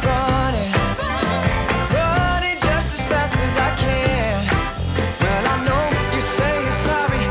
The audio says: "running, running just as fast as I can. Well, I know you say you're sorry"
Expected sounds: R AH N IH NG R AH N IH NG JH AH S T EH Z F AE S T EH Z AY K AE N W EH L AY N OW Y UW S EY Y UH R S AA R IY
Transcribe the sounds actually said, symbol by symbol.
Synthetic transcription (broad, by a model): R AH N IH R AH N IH JH AH S T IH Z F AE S IH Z AY K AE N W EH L AY N OW Y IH S EY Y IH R S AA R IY